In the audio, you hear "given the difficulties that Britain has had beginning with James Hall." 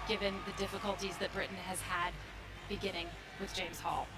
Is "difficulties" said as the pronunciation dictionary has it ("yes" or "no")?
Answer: yes